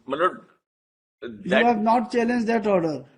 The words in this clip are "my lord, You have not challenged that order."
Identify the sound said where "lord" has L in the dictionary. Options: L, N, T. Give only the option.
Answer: N